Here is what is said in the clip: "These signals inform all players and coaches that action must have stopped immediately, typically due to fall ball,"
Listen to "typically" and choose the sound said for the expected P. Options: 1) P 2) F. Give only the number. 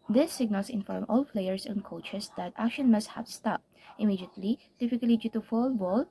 2